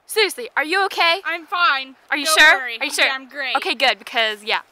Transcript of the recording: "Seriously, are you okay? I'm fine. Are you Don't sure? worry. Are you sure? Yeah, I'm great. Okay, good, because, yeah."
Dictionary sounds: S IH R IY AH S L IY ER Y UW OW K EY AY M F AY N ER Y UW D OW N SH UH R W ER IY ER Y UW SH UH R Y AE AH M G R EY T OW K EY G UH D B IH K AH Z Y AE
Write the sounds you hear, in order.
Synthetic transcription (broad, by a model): S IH R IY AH S L IY ER Y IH OW K EY AY M F AY N ER Y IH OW SH UH R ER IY ER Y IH SH UH R AH M G R EY OW K EY G UH D B IH K AH Z Y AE